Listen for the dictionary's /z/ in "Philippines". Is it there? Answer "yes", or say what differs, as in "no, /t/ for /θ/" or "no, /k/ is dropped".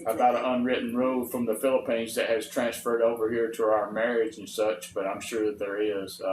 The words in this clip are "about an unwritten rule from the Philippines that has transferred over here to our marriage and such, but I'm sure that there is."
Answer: yes